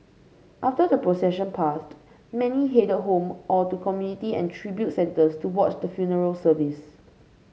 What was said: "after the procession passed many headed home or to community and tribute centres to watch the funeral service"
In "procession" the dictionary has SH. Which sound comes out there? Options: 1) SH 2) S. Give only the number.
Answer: 1